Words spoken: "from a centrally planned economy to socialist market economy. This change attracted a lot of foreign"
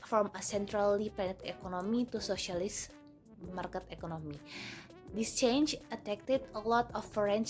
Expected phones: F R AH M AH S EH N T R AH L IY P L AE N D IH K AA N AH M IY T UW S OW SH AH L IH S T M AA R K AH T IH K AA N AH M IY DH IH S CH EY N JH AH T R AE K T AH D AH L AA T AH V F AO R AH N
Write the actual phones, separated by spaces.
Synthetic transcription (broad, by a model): F R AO M AH S EH N T R AH L IY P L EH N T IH K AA N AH M IY T UW S OW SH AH L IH S M AA R K AH T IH K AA N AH M IY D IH S CH EY N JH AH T EH K T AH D AH L AA T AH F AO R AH N